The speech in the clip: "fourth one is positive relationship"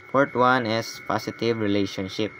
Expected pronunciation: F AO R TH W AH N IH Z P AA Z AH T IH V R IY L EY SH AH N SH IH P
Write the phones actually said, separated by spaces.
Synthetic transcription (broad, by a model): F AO R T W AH N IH S P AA S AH T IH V R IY L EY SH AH N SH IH P